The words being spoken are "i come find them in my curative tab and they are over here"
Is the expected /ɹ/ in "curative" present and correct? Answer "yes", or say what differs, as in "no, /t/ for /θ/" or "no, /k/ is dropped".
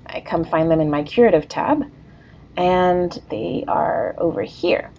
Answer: yes